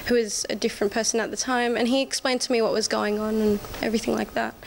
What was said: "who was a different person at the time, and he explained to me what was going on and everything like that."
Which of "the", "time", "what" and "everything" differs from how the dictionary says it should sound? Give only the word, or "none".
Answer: none